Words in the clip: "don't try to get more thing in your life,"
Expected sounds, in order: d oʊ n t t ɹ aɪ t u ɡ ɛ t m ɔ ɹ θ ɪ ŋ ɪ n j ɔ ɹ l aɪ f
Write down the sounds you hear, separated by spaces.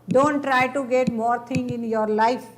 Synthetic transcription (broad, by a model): d oʊ n t t ɹ aɪ t u ɡ ɛ t m ɔ ɹ t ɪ ŋ ɪ n j ɔ ɹ l aɪ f